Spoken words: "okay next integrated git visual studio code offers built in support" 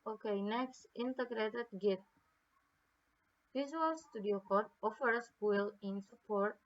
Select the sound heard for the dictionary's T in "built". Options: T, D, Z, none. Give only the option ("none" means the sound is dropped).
none